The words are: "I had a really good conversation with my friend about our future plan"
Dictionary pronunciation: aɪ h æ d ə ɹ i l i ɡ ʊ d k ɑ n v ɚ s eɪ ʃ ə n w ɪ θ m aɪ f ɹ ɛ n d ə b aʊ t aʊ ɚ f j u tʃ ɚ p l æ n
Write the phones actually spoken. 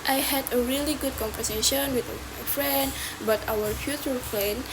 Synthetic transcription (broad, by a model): aɪ h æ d ə ɹ i l i ɡ ʊ d k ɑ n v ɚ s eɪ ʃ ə n w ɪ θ m aɪ f ɹ ɛ n d b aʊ t aʊ ɚ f j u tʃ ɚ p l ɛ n